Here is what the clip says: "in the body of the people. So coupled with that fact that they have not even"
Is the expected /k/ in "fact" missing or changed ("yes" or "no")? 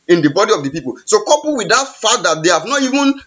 yes